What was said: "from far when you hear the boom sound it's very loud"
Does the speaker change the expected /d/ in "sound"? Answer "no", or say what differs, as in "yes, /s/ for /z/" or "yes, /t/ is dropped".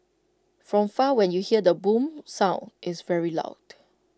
yes, /d/ is dropped